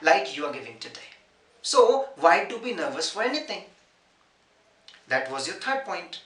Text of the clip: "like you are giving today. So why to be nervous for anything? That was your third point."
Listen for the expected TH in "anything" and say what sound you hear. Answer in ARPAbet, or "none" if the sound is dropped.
T